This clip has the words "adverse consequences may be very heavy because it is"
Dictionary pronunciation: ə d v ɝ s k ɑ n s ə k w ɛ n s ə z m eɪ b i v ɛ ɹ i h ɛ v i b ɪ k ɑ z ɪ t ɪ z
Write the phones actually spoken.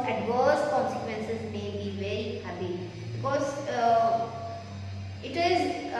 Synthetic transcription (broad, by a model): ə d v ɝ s k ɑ n s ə k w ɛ n s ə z m eɪ b i v ɛ ɹ i h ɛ p i b ɪ k ɑ z ɪ t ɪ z